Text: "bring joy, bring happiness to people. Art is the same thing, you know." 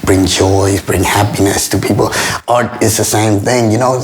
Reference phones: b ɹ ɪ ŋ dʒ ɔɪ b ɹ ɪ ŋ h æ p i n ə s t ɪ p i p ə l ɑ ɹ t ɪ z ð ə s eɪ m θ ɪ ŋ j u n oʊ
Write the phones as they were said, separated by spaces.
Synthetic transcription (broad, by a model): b ɹ ɪ ŋ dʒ ɔɪ b ɹ ɪ ŋ h æ p i n ə s t ɪ p i p l ɑ ɹ t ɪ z ð ə s eɪ m θ ɪ ŋ j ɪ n oʊ